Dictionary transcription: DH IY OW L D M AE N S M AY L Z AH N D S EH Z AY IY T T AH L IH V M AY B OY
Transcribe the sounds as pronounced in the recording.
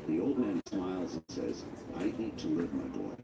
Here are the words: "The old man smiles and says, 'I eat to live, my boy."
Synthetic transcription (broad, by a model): DH IY OW L D M AE N S M AY L Z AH N S EH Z AY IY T T AH L IH V M AY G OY